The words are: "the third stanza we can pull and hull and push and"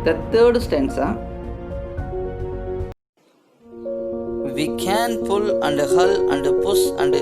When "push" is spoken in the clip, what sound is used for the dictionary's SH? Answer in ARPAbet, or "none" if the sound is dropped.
S